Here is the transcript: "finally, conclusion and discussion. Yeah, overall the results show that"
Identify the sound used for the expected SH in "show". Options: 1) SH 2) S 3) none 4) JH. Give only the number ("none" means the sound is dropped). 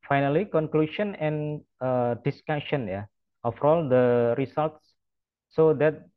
2